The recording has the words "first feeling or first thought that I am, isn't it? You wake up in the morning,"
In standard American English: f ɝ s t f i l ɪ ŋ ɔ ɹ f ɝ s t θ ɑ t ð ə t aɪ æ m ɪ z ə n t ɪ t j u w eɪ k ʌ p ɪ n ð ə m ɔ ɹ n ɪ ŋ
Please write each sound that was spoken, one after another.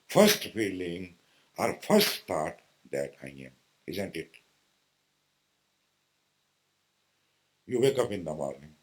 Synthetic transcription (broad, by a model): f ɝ s t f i l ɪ ŋ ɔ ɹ f ɝ s t t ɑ t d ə t aɪ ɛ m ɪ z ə n t ɪ t j u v eɪ k ʌ p ɪ n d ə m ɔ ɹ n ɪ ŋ